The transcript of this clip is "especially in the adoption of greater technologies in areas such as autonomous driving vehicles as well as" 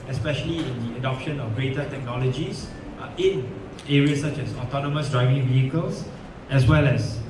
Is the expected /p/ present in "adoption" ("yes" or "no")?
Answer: yes